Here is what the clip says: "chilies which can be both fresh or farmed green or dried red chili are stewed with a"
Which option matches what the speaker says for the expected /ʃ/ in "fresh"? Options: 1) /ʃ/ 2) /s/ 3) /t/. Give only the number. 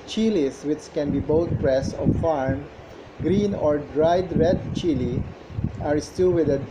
2